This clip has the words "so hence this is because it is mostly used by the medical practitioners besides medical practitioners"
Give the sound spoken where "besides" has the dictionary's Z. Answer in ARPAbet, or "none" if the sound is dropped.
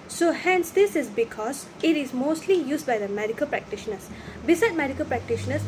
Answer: none